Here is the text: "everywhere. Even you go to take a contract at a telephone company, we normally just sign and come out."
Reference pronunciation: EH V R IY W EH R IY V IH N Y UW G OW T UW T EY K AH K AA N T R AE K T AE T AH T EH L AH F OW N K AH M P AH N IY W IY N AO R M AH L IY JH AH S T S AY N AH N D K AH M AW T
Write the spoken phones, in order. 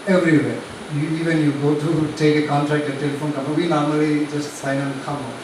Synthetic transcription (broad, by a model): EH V R IY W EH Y IY V IH N Y UW G OW T UW T EY K AH K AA N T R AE K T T AH T EH L AH F OW N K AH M AH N W IY N AO R M AH L IY JH AH S T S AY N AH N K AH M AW